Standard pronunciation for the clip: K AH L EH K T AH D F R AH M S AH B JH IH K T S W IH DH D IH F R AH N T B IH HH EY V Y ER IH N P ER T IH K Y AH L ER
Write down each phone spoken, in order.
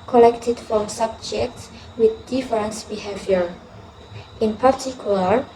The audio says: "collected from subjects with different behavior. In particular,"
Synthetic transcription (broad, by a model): K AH L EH K T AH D F R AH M S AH B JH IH K T S W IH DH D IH F R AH N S B IH HH EY V Y ER IH N P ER T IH K Y L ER